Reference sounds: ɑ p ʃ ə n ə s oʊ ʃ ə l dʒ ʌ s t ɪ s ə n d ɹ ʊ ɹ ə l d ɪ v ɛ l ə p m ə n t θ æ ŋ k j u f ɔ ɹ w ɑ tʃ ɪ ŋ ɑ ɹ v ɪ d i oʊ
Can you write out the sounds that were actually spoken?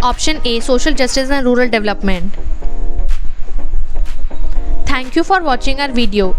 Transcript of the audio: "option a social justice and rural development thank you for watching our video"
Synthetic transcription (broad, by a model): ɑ p ʃ ə n ə s oʊ ʃ ə l dʒ ʌ s t ɪ s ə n d ɹ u ɹ ə l d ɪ v l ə p m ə n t t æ ŋ k j u f ɔ ɹ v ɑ tʃ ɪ ŋ ɑ ɹ v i d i oʊ